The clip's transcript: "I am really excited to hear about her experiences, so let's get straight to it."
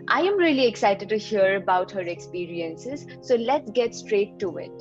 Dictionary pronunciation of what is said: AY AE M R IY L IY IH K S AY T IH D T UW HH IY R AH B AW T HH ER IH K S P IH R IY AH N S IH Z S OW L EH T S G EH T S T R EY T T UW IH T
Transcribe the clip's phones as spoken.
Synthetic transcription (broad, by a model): AY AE M R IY L IY IH K S AY T IH D T UW HH IY R AH B AW T HH ER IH K S P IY R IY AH N S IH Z S OW L EH T S G EH T S T R EY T T UW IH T